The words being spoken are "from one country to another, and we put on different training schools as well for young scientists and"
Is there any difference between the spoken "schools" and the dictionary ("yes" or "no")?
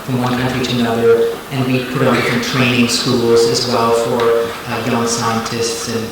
no